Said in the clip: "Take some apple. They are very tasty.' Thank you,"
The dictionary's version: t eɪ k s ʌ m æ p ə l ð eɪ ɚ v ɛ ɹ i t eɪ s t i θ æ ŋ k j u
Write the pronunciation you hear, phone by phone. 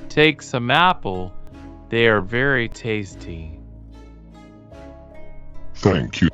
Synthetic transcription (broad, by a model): t eɪ k s ʌ m æ p l ð eɪ ɚ v ɛ ɹ i t eɪ s t i θ æ ŋ k j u